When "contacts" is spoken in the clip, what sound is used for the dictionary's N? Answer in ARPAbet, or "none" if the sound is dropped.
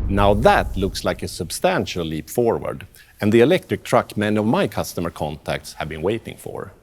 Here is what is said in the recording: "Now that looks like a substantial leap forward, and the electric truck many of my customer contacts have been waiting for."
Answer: N